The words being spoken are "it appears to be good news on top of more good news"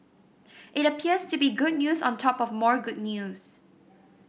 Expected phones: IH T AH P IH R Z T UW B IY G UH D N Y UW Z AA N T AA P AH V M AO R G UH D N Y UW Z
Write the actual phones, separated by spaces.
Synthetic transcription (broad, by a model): IH T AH P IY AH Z T UW B IY G UH D N Y UW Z AA N T AA P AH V M AO R G UH D N Y UW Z